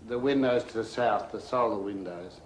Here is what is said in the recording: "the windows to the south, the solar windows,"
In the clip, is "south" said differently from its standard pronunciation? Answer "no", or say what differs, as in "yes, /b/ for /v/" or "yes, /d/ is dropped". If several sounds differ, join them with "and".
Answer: no